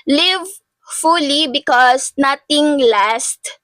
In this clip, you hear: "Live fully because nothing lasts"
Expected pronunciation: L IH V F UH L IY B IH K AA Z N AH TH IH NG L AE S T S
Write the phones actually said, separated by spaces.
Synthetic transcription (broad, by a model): L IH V F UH L IY B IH K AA S N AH T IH NG L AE S T